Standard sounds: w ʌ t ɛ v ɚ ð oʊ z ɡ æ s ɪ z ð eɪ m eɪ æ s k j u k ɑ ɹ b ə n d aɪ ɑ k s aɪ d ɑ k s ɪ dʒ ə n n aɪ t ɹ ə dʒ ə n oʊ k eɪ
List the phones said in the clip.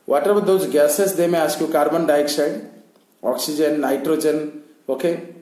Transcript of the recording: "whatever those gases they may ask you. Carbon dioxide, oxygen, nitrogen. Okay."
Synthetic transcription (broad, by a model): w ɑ t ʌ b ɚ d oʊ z ɡ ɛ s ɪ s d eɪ m eɪ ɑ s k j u k ɑ ɹ b ə n d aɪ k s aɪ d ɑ k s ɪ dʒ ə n n aɪ t ɹ ə dʒ ə n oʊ k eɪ